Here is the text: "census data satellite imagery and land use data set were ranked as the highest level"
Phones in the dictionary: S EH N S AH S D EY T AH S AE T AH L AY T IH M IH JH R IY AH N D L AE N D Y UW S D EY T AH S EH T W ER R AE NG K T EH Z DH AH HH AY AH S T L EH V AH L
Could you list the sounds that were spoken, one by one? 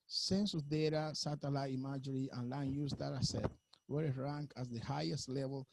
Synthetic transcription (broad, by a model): S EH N S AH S D EY T AH S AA T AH L AY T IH M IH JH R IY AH N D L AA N Y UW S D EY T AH S EH T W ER R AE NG K AA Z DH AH HH AY AH S T L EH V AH L